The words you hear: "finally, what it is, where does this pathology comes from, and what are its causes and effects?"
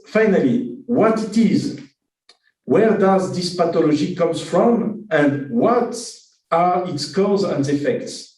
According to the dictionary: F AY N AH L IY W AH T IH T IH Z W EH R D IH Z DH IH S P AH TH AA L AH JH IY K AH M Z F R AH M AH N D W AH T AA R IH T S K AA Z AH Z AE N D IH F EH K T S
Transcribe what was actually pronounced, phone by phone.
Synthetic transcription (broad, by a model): F AY N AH L IY W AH T IH T IH Z W EH R D IH Z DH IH S P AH T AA L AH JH IY K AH M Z F R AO M AH N D W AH T AA R IH T S K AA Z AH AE N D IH F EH K T S